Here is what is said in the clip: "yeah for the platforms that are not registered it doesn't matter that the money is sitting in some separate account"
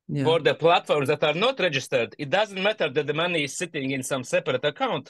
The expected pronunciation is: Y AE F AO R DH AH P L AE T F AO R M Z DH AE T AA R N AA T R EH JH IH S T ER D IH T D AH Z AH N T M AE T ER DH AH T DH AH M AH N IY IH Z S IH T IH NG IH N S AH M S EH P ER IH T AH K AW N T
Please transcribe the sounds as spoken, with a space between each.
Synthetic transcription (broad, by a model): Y F AO R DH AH P L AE T F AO R M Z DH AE T AA R N AA T R EH JH IH S T ER D IH T D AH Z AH N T M AE T ER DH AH T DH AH M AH N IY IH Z S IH T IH NG IH N S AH M S EH P ER IH T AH K AW N T